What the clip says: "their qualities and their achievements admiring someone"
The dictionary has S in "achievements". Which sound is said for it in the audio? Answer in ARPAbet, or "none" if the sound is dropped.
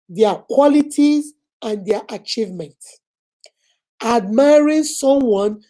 S